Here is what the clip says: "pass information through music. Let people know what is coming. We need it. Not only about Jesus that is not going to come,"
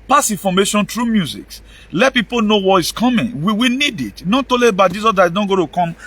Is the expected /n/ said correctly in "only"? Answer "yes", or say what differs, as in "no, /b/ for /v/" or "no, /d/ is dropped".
no, /n/ is dropped